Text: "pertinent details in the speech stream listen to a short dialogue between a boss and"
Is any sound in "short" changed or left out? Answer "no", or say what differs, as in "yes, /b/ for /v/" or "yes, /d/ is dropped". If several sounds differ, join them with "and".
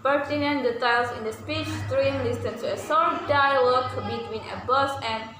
yes, /s/ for /ʃ/